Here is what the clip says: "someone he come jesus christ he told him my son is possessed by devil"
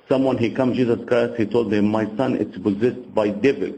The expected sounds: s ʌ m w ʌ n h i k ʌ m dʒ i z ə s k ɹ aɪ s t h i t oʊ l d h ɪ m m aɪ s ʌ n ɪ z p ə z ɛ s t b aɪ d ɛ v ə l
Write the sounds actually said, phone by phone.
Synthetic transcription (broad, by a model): s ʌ m w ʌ n h i k ʌ m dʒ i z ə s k aɪ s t h i t oʊ l d h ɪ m m aɪ s ʌ n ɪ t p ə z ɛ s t b aɪ d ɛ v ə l